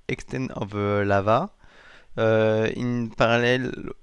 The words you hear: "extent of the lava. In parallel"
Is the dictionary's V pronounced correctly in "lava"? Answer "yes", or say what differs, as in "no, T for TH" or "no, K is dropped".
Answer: no, V is dropped